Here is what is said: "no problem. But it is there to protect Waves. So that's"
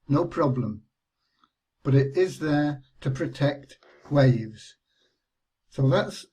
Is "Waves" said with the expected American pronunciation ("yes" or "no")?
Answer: yes